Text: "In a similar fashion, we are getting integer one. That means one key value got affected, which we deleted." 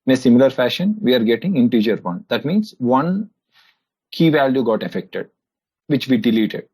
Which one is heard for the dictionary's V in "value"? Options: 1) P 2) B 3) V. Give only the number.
3